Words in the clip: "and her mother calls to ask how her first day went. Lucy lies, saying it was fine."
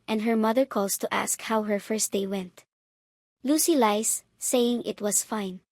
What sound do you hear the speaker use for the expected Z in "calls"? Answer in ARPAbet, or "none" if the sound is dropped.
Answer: S